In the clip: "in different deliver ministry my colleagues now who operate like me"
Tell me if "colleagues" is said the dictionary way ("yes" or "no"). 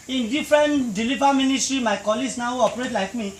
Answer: no